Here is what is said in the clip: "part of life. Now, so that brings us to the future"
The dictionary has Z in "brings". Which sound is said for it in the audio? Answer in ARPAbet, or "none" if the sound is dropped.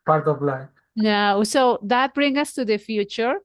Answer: none